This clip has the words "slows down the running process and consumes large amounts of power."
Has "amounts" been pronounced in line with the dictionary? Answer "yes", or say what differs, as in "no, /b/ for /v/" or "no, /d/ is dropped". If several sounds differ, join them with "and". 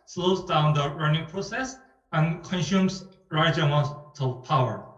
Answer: no, /s/ is dropped